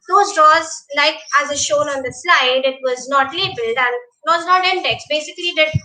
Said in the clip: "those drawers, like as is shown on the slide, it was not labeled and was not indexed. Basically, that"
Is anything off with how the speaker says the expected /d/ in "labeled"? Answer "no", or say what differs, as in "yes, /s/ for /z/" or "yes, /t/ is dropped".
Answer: no